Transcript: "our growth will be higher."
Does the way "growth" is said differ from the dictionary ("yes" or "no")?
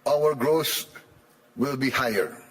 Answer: yes